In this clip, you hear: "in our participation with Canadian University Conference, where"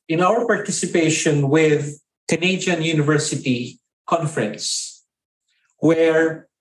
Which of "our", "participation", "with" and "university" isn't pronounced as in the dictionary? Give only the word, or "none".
none